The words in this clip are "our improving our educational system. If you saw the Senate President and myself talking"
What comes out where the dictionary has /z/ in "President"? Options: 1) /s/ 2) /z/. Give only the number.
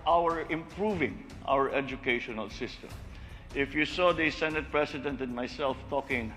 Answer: 1